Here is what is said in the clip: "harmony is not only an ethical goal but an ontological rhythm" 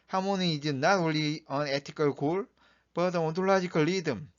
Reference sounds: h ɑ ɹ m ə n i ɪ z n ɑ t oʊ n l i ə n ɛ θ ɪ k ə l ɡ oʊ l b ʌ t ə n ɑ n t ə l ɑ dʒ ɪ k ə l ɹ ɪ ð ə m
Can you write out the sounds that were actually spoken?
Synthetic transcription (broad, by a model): h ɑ m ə n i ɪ n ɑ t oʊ l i ə n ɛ t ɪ k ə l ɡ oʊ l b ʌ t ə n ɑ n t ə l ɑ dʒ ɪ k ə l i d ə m